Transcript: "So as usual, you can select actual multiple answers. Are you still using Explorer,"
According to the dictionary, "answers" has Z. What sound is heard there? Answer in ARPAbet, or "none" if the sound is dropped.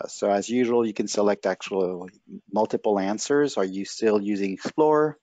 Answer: Z